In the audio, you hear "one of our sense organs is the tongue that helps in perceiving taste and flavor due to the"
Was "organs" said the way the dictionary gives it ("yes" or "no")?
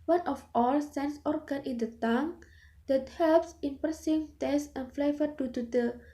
no